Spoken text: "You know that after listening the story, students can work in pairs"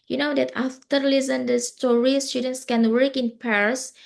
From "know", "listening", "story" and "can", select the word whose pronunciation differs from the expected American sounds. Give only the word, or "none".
listening